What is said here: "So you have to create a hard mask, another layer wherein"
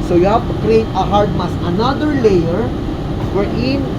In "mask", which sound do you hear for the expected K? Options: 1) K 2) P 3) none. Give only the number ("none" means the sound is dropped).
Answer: 3